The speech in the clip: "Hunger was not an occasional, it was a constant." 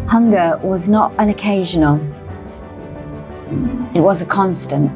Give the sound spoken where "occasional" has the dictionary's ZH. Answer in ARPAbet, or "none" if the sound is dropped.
ZH